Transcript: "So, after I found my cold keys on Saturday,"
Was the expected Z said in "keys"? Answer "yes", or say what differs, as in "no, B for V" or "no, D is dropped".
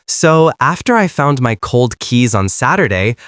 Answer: yes